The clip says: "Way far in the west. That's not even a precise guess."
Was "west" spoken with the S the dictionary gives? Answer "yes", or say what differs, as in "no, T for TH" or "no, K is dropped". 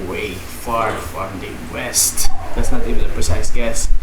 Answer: yes